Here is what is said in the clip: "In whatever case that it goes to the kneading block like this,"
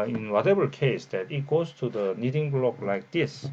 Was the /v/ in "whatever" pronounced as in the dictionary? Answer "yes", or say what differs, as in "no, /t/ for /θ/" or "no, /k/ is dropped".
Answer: no, /b/ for /v/